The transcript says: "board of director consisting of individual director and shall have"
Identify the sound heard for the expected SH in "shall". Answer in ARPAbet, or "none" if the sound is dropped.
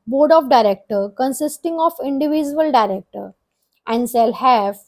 S